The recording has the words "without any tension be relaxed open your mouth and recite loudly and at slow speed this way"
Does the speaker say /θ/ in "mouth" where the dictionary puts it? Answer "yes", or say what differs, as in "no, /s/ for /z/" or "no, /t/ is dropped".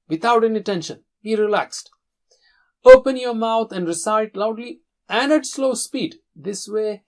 no, /t/ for /θ/